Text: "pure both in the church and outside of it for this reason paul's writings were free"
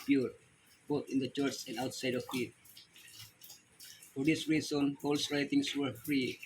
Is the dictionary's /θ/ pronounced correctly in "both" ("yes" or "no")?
no